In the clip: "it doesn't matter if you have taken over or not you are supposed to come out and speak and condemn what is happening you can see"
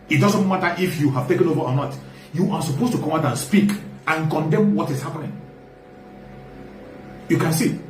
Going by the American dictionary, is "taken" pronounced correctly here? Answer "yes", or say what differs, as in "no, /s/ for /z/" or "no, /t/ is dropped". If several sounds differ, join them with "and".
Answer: yes